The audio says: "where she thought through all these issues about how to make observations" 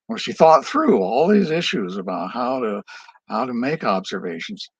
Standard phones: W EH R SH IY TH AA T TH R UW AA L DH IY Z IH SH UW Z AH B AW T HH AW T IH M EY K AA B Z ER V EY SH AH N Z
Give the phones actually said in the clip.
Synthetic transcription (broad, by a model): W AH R SH IY TH AA T TH R UW AA L DH IY Z IH SH UW Z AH B AW T HH AW T IH M EY K AA B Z ER V EY SH N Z